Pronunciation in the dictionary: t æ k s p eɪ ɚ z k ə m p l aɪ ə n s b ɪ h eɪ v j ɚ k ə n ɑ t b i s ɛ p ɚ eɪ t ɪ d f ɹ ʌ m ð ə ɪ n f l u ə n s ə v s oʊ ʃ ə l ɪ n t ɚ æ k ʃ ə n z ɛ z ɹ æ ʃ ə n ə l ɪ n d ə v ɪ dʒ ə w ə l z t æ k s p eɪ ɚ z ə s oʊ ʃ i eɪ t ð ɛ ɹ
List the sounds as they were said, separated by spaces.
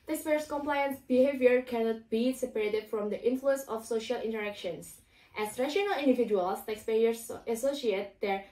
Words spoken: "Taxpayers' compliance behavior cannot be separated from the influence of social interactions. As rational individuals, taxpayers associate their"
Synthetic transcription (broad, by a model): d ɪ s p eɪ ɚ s k ə m p l aɪ ə n s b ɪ h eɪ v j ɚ k ə n ɑ t b i s ɛ p ɚ eɪ t ɪ d f ɹ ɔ m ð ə ɪ n f l u ə n s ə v s oʊ ʃ ə l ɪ n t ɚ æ k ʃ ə n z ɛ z ɹ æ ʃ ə n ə l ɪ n d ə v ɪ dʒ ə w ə l s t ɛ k s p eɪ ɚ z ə s oʊ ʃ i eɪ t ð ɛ ɹ